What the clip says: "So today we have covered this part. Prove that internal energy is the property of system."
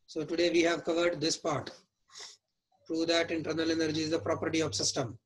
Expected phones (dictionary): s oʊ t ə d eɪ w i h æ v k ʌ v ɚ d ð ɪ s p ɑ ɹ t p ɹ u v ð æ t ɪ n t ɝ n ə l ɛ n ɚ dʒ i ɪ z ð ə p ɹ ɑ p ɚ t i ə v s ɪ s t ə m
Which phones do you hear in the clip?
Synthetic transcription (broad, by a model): s oʊ t ə d eɪ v i h æ v k ʌ v ɚ d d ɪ s p ɑ ɹ t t ɹ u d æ t ɪ n t ɝ n ə l ɛ n ɚ dʒ i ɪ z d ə p ɹ ɑ p ɚ t i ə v s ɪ s t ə m